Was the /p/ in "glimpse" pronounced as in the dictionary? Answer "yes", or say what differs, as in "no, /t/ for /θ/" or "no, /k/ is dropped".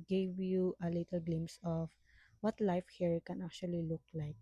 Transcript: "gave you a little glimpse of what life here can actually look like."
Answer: no, /p/ is dropped